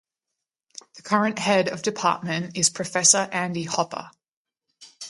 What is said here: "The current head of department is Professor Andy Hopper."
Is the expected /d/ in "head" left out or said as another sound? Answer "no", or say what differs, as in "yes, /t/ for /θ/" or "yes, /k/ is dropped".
no